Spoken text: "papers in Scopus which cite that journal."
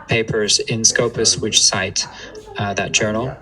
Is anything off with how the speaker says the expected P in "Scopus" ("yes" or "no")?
no